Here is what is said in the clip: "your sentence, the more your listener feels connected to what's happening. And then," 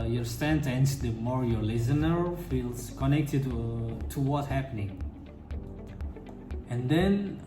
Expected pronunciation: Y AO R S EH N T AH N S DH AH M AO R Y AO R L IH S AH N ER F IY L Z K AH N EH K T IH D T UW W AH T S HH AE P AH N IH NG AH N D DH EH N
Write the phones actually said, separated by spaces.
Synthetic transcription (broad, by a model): Y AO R S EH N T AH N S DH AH M AO R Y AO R L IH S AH N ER F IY L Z K AH N EH K T IH D T UW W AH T HH AE P AH N IH NG AH N D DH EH N